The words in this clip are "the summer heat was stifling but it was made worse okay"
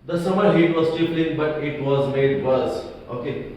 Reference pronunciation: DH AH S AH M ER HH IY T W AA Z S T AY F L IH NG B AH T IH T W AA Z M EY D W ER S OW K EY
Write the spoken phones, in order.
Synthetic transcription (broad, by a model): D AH S AH M ER HH IY T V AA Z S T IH P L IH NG B AH T IH T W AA Z M EY D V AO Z OW K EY